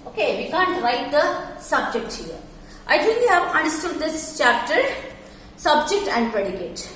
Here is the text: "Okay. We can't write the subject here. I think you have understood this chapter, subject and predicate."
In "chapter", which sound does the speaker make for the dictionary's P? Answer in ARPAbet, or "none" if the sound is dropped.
P